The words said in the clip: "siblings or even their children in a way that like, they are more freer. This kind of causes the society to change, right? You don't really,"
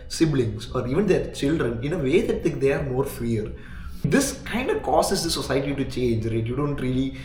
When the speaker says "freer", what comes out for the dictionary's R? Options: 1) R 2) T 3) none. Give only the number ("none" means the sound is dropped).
3